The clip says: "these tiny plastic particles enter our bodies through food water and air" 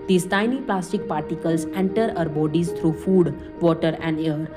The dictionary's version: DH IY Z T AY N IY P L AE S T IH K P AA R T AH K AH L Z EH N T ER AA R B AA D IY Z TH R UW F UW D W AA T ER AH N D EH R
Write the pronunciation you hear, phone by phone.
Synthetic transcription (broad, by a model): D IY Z T AY N IY P L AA S T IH K P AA R T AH K AH L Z EH N T ER AA R B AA D IY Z T R UW F UW D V AA T ER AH N D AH R